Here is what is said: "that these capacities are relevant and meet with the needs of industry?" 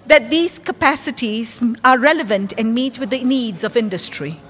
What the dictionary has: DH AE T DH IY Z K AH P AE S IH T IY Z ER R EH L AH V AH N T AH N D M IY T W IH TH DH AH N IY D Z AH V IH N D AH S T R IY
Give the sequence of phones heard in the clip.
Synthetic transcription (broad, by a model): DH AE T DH IY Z K AH P AE S IH T IY Z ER R EH L AH V AH N T AH N D M IY T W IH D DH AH N IY D Z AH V IH N D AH S T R IY